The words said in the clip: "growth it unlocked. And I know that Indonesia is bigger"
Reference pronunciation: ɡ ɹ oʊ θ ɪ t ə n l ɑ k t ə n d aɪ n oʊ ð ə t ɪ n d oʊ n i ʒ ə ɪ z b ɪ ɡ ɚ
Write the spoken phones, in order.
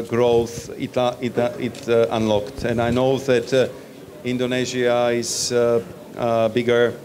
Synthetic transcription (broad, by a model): ɡ ɹ oʊ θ ɪ t ə n l ɑ k t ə n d aɪ n oʊ ð ə t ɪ n d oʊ n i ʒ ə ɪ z b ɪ ɡ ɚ